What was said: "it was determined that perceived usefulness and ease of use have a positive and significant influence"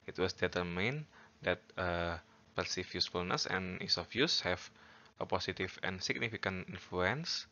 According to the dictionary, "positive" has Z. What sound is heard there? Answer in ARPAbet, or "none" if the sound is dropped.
S